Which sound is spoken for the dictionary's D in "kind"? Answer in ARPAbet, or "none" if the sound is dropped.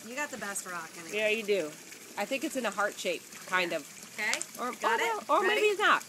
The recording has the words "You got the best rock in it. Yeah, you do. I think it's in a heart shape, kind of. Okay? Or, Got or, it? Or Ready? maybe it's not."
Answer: D